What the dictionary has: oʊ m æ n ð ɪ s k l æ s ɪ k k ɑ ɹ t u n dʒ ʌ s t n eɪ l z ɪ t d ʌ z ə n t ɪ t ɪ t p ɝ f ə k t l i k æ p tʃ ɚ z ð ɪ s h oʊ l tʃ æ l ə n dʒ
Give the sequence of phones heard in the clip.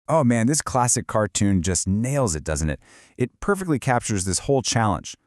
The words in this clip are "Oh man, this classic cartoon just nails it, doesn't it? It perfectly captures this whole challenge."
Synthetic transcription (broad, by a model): oʊ m æ n ð ɪ s k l æ s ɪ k k ɑ ɹ t u n dʒ ʌ s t n eɪ l z ɪ t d ʌ z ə n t ɪ t ɪ t p ɝ f ə k t l i k æ p tʃ ɚ z ð ɪ s h oʊ l tʃ æ l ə n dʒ